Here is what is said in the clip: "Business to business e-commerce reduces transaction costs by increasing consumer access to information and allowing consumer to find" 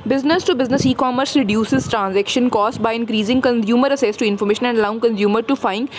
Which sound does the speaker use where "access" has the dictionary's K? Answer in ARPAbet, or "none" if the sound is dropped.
none